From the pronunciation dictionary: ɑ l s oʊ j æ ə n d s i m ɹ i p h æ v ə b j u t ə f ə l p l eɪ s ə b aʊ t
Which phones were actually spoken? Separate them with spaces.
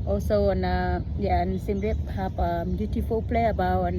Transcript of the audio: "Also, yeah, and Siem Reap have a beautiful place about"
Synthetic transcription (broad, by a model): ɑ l s oʊ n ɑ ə n s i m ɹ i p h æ p ə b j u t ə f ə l p l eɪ ə b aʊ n